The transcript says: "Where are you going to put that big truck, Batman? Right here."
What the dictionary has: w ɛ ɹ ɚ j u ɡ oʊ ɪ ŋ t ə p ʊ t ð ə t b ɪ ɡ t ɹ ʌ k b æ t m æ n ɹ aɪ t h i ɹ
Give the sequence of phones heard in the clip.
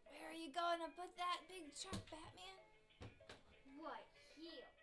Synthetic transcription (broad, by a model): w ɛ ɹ ɚ j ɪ ɡ oʊ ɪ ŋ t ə p ʊ t ð ə t b ɪ ɡ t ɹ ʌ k b æ t m æ n w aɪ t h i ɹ